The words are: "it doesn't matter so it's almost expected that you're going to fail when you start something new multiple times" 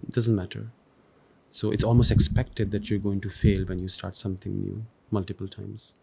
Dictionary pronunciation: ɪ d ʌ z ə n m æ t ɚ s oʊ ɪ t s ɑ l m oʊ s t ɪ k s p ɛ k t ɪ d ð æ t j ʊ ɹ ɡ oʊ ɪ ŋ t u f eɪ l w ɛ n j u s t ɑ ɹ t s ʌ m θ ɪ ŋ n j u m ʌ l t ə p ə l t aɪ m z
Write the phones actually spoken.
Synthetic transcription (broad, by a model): d ʌ z ə n m æ t ɚ s oʊ ɪ t s ɑ l m oʊ s t ɪ k s p ɛ k t ɪ d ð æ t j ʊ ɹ ɡ oʊ ɪ ŋ t u f eɪ l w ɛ n j u s t ɑ ɹ t s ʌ m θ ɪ ŋ n j u m ʌ l t ə p ə l t aɪ m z